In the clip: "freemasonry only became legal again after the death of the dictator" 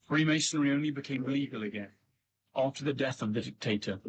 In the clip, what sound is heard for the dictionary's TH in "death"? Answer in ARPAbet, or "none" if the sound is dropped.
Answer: TH